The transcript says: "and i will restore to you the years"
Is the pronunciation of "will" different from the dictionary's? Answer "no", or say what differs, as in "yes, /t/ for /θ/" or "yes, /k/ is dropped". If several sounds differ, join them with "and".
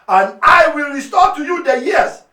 no